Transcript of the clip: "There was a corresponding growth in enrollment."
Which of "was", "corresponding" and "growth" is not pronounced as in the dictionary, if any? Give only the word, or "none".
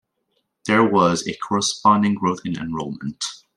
none